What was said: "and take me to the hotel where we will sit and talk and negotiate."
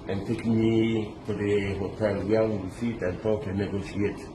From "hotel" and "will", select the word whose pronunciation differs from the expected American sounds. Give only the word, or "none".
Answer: will